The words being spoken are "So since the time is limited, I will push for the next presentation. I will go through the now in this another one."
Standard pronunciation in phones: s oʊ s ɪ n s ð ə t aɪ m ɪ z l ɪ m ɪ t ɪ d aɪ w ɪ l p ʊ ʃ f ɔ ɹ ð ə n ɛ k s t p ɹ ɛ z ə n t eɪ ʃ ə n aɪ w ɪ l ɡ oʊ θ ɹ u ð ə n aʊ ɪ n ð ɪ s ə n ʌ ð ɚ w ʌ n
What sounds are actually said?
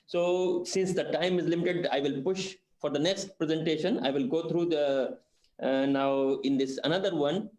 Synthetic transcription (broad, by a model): s oʊ s ɪ n s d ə t aɪ m ɪ z l ɪ m ɪ t ɪ d aɪ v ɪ l p ʊ ʃ f ɔ ɹ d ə n ɛ k s t p ɹ ɛ z ə n t eɪ ʃ ə n aɪ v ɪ l ɡ oʊ t ɹ u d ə n aʊ ɪ n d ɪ s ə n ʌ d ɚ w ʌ n